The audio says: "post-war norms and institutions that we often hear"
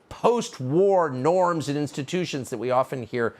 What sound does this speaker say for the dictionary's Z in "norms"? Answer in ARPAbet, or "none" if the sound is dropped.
Z